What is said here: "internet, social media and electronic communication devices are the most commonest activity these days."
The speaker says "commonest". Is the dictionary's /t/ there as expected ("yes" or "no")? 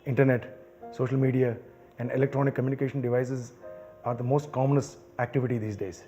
no